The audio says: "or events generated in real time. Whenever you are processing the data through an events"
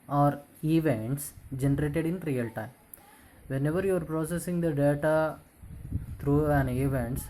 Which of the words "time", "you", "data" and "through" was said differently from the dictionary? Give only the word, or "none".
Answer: through